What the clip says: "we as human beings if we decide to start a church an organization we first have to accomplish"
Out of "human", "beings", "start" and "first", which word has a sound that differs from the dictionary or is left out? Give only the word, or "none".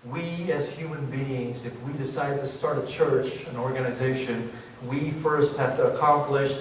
none